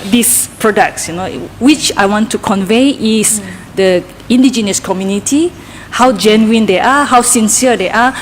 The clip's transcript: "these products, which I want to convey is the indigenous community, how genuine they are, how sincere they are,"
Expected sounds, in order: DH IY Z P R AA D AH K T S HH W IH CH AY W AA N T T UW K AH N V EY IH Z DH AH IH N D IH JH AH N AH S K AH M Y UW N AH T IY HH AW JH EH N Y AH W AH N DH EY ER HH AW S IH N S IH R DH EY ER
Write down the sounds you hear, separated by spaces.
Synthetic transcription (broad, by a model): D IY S P R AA D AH K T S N W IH CH AY W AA N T T UW K AH N V EY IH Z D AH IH N D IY JH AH N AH S K AH M Y UW N AH T IY HH AW JH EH N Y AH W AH N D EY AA HH AW S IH N S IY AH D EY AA